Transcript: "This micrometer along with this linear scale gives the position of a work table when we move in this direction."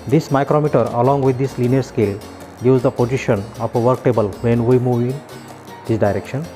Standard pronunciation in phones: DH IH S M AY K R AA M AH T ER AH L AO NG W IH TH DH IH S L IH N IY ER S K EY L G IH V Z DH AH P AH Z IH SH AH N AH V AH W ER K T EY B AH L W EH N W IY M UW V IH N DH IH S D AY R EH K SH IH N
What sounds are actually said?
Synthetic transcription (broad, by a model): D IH S M AY K R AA M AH T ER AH L AO NG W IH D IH S L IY N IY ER S K EY L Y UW Z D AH P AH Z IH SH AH N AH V AH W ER K T EY B AH L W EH N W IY M UW V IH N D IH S D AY R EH K SH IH N